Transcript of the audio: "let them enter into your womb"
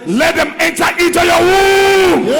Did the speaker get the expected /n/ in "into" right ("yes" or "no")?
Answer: no